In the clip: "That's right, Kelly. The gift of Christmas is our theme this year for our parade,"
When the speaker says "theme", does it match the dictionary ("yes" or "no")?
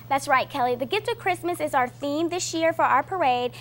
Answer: yes